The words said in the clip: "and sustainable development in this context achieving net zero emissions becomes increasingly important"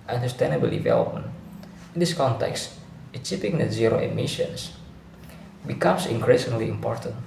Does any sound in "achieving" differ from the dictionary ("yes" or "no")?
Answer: yes